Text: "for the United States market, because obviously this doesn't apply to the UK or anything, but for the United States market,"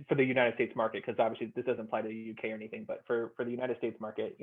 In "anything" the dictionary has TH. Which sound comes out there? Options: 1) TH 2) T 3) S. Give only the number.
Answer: 1